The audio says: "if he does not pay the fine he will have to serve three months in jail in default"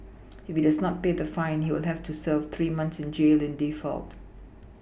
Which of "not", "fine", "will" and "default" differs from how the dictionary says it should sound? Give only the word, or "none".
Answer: none